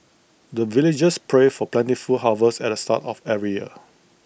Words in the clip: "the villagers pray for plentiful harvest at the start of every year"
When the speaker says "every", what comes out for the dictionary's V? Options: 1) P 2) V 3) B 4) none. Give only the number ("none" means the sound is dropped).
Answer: 4